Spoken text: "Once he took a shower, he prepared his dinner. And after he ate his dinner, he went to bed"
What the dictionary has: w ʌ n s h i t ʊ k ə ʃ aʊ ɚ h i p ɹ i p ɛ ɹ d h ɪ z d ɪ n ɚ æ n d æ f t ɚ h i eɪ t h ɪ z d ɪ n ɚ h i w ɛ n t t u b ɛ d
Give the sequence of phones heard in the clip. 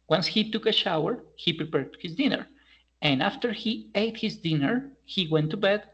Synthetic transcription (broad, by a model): w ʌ n s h i t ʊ k ə ʃ aʊ ɚ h i p ɹ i p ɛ ɹ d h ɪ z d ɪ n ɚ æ n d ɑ f t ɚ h i eɪ t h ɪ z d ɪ n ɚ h i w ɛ n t t u b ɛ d